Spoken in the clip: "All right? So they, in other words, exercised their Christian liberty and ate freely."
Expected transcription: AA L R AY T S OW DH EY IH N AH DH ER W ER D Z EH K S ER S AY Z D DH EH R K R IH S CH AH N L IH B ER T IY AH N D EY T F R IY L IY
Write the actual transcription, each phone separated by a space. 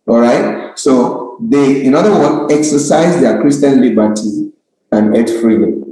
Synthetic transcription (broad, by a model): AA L R AY T S OW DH EY IH N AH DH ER W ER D EH K S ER S AY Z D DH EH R K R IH S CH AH N L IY B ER T IY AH N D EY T F R IY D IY